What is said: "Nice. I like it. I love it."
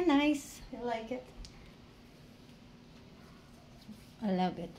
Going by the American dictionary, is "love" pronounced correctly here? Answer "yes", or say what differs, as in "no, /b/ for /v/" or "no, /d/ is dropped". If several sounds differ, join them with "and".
no, /b/ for /v/